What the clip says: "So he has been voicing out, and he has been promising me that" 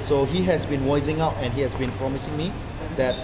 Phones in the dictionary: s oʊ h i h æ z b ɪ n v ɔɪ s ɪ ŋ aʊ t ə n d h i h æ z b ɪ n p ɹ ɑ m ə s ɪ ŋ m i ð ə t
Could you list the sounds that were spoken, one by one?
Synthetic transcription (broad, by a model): s oʊ h i h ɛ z b ɪ n w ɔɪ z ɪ ŋ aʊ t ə n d h i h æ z b ɪ n p ɹ ɑ m ə s ɪ ŋ m i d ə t